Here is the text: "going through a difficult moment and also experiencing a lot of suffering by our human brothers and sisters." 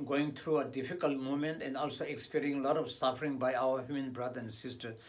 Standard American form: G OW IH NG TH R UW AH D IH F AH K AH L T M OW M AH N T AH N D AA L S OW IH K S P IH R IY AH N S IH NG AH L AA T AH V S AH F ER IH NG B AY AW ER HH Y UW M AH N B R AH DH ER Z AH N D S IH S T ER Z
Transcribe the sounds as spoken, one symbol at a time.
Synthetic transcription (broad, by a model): G OW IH NG T R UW AH D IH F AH K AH L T M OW M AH N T AH N D AA L S OW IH K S P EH R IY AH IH NG L AA T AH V S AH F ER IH NG B AY AW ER HH Y UW M AH N B R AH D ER AH N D S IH S T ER